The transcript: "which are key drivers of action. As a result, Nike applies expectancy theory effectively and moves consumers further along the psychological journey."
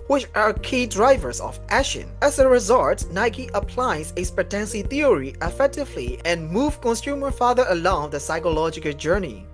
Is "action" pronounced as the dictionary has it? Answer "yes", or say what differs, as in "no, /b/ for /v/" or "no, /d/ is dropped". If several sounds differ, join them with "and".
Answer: no, /k/ is dropped